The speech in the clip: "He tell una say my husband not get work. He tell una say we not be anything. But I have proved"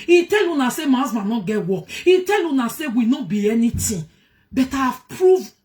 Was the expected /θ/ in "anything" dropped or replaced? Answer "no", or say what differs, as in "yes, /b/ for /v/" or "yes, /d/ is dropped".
yes, /t/ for /θ/